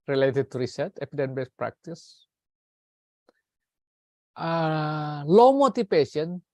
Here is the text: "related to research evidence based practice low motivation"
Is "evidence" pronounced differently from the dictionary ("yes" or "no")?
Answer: yes